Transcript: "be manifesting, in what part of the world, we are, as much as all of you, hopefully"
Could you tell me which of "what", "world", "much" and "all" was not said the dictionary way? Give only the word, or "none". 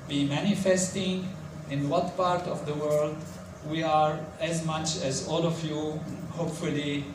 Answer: none